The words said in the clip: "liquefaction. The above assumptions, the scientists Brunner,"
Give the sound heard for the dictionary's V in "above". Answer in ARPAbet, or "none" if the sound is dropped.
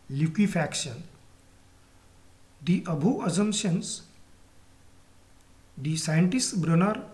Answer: none